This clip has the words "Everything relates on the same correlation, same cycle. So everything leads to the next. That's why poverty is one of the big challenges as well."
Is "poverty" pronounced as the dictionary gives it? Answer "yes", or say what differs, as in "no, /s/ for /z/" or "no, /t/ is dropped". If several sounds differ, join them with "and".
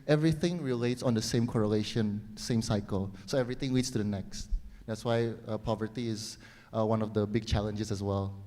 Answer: yes